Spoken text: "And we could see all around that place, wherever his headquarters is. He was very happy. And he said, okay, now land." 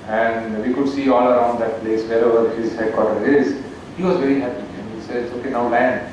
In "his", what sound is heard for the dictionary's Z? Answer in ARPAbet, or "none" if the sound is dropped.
Z